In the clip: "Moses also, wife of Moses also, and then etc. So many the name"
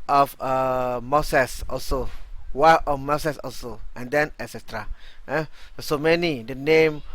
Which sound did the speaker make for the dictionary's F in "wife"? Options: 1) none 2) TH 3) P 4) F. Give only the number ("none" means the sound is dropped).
1